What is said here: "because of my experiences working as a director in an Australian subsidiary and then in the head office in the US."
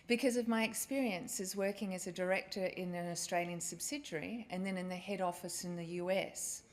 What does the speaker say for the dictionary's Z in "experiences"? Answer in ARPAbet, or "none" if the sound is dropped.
Z